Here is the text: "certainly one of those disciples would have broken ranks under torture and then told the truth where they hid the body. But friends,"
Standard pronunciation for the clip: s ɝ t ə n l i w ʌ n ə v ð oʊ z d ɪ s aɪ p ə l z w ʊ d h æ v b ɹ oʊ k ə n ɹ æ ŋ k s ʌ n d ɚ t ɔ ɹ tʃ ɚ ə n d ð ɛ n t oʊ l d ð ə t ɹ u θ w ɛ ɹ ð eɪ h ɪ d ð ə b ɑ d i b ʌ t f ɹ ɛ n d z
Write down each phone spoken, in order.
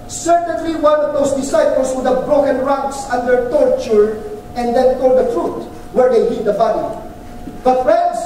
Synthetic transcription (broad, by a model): s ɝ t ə n l i w ʌ n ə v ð oʊ s d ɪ s aɪ p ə l s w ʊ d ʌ b ɹ oʊ k ə n ɹ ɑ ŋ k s ʌ n d ɚ t ɔ ɹ tʃ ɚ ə n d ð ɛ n t oʊ l d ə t ɹ u t w ɛ ɹ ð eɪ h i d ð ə b ɑ d i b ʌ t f ɹ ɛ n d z